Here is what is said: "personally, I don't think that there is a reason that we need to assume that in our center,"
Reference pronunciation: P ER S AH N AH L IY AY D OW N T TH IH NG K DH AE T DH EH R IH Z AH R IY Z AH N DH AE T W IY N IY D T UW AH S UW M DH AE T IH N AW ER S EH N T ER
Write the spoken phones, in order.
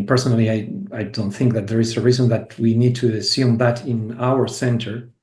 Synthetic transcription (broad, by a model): P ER S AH N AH L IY AY D OW N T TH IH NG K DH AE T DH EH R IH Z AH R IY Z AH N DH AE T W IY N IY D T UW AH S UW M DH AE T IH N AW ER S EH N T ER